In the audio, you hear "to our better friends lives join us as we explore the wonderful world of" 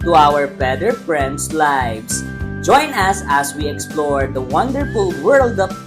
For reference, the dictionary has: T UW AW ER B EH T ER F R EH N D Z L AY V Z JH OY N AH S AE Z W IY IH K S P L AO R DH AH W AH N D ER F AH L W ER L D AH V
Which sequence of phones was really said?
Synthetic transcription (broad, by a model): T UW AW ER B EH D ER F R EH N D S L AY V S JH OY N AH S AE S W IY IH K S P L AO R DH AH W AH N D ER F AH L W ER L D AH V